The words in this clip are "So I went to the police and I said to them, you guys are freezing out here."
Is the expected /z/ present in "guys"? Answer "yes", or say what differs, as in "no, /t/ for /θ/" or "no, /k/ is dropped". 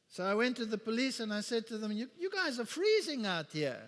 yes